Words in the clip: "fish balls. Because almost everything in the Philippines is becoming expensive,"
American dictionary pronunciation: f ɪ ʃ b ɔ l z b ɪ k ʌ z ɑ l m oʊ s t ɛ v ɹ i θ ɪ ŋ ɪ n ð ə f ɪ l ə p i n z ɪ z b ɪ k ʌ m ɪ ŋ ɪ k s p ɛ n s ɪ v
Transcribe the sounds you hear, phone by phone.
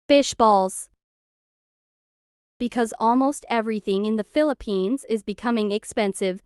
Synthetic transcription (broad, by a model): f ɪ ʃ b ɔ l z b ɪ k ʌ z ɑ l m oʊ s t ɛ v ɹ i θ ɪ ŋ ɪ n ð ə f ɪ l ə p i n z ɪ z b ɪ k ʌ m ɪ ŋ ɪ k s p ɛ n s ɪ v